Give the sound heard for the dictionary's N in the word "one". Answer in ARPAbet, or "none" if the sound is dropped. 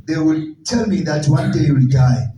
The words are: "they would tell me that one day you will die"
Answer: N